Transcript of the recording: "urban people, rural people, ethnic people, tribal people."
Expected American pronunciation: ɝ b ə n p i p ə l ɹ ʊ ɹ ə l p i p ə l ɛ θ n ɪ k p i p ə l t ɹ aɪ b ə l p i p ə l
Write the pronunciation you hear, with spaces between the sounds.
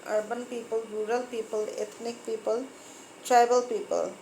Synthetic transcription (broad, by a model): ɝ b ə n p i p ə l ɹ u ɹ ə l p i p ə l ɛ t n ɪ k p i p ə l t ɹ aɪ b ə l p i p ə l